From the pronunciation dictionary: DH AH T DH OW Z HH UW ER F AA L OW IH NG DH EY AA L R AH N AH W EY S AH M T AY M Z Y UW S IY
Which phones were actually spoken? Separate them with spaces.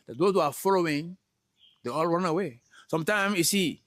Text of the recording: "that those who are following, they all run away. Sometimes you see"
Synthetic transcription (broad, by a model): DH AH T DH OW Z HH UW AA F AA L OW IH NG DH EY AA L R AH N AH W EY S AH M T AY M Y UW S IY